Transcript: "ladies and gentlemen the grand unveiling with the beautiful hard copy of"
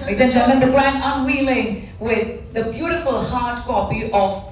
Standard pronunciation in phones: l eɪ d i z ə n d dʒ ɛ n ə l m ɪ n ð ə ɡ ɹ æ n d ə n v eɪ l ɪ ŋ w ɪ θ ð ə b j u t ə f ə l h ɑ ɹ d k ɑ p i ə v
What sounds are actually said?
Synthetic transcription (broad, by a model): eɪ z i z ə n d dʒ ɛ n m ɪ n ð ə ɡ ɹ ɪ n ə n w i l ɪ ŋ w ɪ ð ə b j u t ə f ə l h ɑ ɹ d k ɑ p i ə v